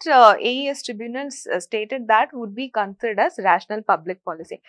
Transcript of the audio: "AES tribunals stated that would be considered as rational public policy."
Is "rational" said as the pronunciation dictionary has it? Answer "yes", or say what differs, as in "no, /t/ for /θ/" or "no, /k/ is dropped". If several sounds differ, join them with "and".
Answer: yes